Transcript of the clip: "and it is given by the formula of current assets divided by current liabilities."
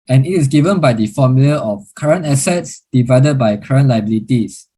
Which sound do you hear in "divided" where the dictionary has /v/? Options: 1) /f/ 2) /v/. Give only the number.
2